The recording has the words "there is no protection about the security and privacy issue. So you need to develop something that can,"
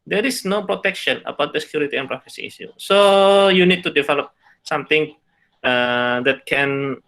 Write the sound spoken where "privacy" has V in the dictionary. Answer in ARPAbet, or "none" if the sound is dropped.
F